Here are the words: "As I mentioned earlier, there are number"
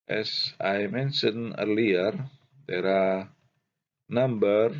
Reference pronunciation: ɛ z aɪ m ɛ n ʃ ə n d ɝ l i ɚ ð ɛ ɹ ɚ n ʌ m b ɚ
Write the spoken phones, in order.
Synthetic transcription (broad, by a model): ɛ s aɪ m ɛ n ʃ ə n ɝ l i ɚ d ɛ ɹ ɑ n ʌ m b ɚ